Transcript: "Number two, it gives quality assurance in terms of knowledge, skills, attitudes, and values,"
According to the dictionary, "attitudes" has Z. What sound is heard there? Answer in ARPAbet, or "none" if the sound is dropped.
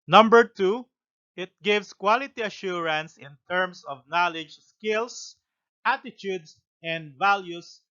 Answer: S